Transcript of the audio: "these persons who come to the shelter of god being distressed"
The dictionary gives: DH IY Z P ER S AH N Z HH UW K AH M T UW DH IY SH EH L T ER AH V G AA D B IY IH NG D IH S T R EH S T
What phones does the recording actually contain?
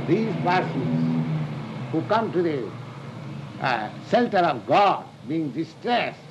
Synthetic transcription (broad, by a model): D IY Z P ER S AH Z HH UW K AH M T UW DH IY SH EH L T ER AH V G AA D B IY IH NG D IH S T R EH S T